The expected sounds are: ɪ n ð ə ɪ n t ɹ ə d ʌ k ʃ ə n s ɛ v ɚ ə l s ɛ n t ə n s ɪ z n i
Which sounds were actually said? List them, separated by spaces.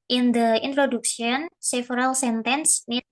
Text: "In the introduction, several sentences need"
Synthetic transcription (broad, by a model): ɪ n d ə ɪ n t ɹ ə d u k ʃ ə n s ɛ f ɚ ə l s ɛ n t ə n s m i